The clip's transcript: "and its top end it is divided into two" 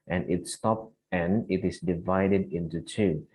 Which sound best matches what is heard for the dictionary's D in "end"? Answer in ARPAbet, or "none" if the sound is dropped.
none